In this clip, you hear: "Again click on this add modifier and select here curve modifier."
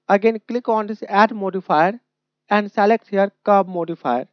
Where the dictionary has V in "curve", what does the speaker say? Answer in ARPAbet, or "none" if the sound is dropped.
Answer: B